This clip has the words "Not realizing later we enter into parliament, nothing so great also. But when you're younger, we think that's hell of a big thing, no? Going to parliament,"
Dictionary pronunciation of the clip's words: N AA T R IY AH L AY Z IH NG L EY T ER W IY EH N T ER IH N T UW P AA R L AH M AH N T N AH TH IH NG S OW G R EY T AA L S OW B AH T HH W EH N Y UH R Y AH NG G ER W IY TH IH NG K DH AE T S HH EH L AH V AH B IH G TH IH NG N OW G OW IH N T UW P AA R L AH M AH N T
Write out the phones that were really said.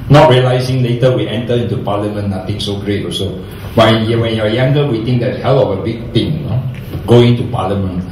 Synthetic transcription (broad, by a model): N AA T R IY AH L AY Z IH NG L EY T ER W IY EH N T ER IH N T UW P AA L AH M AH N N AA T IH NG S OW G R EY T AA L S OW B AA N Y W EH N Y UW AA Y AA NG G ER W IY T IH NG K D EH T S HH EH L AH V AH B IH G T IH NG N OW G OW IH N T UW P AA L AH M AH N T